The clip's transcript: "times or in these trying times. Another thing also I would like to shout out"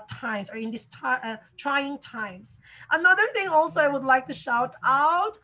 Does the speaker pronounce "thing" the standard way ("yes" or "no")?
yes